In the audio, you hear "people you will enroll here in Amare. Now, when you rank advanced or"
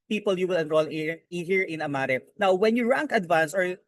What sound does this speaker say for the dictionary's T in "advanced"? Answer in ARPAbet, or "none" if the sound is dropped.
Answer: none